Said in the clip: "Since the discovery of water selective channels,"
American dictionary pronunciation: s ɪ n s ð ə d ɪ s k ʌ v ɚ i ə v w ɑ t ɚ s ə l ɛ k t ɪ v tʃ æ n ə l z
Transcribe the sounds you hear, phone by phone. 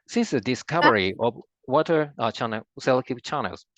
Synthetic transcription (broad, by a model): s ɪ n s ð ə d ɪ s k ʌ v ɚ i ə v w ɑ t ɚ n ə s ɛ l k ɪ p tʃ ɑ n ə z